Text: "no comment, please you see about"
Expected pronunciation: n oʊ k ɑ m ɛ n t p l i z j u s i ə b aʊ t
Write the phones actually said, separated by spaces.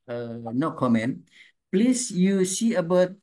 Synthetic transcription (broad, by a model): n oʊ k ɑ m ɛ n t p l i s j u s i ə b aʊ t